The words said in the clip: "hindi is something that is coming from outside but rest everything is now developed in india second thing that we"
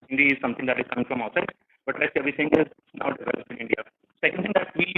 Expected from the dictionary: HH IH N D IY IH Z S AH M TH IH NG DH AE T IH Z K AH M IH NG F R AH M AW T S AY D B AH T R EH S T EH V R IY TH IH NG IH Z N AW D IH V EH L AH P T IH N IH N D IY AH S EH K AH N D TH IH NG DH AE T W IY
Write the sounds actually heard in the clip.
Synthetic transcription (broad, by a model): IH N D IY IH Z S AH M T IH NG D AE T IH Z K AH M IH NG F R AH M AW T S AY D B AH T L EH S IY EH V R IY T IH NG IH Z N AW D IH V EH L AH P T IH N IH N D IY AH S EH K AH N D T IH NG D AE T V IY